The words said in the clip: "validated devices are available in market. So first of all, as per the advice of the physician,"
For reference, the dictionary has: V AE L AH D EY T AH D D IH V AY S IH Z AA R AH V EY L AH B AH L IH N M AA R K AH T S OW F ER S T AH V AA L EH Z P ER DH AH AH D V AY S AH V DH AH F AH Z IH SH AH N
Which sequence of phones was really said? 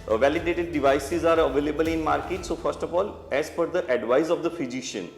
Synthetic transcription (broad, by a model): V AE L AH D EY T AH D D IH V AY S IH Z AA R AH V EY L AH B AH L IH N M AA R K AH T S OW F ER S T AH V AA L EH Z F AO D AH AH D V AY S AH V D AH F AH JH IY SH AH N